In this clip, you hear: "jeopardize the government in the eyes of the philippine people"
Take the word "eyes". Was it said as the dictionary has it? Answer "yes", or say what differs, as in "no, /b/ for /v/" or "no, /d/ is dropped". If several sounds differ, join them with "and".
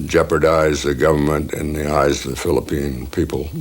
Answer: yes